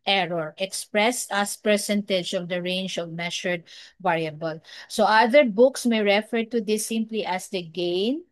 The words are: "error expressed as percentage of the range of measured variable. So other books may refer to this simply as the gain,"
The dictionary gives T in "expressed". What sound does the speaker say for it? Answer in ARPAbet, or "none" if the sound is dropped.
none